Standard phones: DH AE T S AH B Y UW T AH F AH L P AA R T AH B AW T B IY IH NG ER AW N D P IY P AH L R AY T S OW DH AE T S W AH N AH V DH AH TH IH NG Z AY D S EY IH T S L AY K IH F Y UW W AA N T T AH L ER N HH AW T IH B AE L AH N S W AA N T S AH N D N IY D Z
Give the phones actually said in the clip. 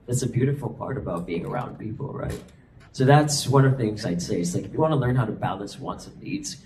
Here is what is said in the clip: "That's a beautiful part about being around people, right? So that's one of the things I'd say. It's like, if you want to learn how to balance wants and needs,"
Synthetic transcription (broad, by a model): DH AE T S AH B Y UW T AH F L P AA R T AH B AW T B IY IH NG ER AW N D P IY P L R AY T S OW DH AE T S W AH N AH V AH TH IH NG Z AY D S EY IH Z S L AY K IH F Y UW W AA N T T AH L ER N HH AW T IH B AE L AH N S W AA N T S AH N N IY D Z